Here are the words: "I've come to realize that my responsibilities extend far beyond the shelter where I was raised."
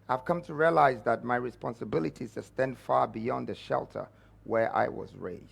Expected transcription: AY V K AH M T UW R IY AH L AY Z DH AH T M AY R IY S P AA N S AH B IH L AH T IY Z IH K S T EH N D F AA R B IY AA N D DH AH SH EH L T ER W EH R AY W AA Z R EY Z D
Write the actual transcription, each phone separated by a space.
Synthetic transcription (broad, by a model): AY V K AH M T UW R IY AH L AY Z DH AH T M AY R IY S P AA N S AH B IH L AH T IY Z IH S T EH N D F AA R B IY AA N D DH AH SH EH L T ER W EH R AY W AA Z R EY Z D